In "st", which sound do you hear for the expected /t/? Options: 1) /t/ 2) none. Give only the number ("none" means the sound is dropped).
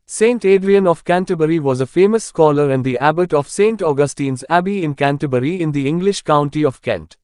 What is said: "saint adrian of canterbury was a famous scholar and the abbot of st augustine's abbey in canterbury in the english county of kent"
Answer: 1